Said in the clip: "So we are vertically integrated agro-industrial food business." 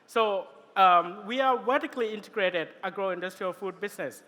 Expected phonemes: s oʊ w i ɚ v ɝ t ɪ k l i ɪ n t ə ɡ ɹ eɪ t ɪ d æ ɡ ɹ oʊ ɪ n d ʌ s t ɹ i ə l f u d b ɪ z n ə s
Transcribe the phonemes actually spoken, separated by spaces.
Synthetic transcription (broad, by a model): s oʊ w i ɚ w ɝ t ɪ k l i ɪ n t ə ɡ ɹ eɪ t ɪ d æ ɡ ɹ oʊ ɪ n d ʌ s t ɹ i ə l f u d b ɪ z n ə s